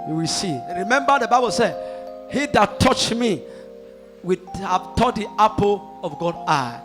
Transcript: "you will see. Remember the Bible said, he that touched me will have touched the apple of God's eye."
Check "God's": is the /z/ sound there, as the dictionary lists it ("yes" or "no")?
no